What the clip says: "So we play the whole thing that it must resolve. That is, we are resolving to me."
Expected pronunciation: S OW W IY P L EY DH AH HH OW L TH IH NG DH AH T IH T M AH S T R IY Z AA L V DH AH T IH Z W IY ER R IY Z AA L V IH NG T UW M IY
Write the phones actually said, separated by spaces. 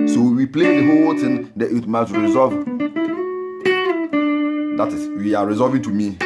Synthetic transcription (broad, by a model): S OW W IY P L EY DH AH HH OW L T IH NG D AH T IH T M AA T R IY Z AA V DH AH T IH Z W IY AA R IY Z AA V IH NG T UW M IY